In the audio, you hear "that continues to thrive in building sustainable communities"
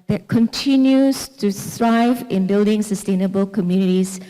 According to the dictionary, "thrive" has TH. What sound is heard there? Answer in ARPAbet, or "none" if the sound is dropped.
T